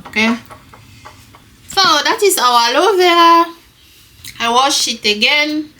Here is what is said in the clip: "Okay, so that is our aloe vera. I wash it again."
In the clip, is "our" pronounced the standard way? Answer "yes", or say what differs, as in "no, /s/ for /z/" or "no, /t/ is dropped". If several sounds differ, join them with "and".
no, /w/ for /ɹ/